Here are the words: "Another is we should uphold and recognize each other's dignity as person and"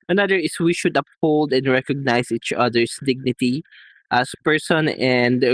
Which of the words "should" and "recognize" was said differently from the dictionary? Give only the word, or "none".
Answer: recognize